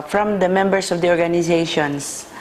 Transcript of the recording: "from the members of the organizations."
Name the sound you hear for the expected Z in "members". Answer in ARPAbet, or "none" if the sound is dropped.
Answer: S